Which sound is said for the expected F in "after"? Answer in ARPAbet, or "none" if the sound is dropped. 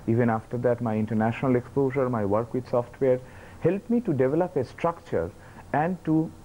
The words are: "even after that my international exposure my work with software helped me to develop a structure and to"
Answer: F